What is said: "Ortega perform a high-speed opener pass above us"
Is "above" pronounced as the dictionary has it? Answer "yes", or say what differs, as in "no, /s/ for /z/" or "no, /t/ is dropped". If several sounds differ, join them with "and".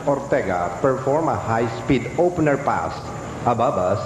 no, /b/ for /v/